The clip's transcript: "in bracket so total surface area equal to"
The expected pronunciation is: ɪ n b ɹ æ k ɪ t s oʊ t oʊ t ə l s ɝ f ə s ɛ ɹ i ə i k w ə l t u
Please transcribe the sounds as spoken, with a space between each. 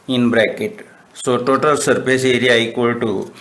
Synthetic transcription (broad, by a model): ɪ n b ɹ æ k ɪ t s oʊ t oʊ t ə l s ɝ p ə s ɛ ɹ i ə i k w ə l t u